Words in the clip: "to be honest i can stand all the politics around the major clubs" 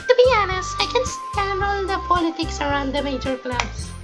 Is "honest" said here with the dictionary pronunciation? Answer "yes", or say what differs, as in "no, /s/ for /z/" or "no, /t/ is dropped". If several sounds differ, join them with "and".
no, /t/ is dropped